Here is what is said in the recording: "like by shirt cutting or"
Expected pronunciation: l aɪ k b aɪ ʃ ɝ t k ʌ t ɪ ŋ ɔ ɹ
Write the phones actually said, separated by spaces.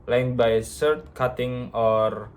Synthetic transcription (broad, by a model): l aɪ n b aɪ s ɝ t k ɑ t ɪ ŋ ɔ ɹ